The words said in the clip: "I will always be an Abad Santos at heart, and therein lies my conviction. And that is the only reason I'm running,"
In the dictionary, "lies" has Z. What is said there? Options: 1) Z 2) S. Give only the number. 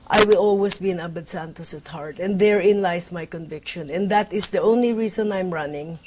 2